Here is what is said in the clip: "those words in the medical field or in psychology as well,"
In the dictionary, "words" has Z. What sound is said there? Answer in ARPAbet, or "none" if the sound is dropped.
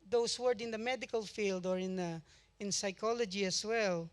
none